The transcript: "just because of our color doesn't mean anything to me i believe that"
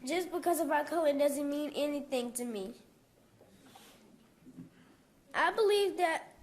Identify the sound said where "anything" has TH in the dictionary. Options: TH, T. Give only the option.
TH